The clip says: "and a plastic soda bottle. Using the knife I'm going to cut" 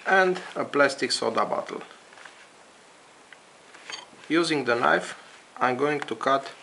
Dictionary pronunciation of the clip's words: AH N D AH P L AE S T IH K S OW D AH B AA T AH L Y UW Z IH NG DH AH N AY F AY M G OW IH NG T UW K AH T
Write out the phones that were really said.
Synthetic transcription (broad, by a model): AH N D AH P L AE S T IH K S OW D AH B AA T AH L Y UW Z IH NG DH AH N AY F AY M G OW IH NG T UW K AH T